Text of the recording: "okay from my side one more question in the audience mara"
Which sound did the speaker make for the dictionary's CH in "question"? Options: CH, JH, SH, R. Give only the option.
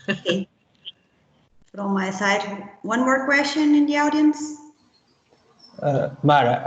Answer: SH